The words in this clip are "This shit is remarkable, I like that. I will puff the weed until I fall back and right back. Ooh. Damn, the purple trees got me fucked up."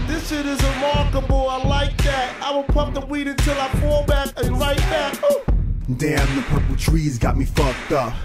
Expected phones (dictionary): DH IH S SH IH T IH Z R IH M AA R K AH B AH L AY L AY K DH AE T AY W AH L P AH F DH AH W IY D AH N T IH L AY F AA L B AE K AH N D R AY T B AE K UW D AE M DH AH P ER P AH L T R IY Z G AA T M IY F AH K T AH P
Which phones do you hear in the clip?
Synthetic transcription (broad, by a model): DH IH S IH T IH Z R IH M AA R K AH B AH L AY L AY K DH AE T AY W AH L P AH P DH AH W IY D AH N T IH L AY F AA L B AE K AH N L AY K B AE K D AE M DH AH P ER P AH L T R IY Z G AA T M IY F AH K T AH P